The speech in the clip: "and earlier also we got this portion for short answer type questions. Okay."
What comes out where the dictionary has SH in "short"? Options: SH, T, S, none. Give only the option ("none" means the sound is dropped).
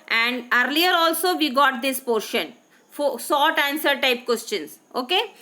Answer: S